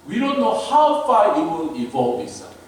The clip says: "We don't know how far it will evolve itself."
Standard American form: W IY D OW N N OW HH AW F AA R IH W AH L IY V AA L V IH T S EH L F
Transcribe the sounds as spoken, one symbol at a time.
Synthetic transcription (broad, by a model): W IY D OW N N OW HH AW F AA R IH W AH N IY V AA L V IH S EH